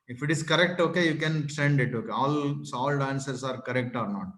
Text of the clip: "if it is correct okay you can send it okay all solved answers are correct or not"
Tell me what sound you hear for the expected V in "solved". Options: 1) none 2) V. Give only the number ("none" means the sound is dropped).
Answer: 1